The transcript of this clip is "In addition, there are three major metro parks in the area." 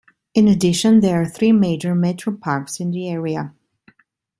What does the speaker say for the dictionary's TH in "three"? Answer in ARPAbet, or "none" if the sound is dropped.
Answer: TH